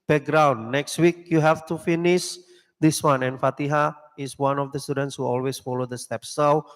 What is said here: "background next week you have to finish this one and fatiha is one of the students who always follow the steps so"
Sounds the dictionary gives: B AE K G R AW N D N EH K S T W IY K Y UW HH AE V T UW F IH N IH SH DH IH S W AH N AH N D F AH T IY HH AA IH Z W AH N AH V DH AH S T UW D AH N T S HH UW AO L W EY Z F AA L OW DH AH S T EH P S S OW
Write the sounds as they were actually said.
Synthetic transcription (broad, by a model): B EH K G R AW N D N EH K S T W IY K Y UW HH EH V T UW F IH N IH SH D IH S W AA N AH N F AH T IY HH AA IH S W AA N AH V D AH S T UW D AH N T S HH UW AO L W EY S F AA L OW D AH S T EH P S S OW